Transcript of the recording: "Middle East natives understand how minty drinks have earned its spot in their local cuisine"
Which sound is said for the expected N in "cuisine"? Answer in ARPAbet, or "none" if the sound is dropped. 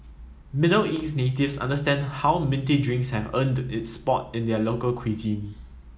none